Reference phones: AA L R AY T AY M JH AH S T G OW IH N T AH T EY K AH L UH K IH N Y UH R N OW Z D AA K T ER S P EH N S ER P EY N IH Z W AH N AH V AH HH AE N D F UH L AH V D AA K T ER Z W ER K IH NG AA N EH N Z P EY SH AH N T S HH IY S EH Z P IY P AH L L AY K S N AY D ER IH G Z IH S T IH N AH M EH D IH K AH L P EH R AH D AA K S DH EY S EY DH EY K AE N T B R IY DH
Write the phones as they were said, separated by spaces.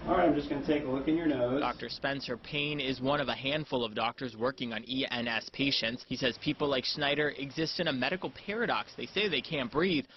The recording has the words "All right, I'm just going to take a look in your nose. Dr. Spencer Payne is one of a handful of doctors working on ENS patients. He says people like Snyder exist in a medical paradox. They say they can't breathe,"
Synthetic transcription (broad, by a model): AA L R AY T AY M JH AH S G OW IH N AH T EY K AH L UH K IH N Y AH R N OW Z D AA K T ER S P EH N S ER P EY N IH Z W AH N AH V AH HH AE N D F UH L AH V D AA K T ER Z W ER K IH NG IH N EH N S P EY SH AH N T S HH IY S EH Z P IY P L L AY K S N AY D ER IH G Z IH S T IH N AH M EH D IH K L P EH R AH D AA K S DH EY S EY DH EY K AE N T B R IY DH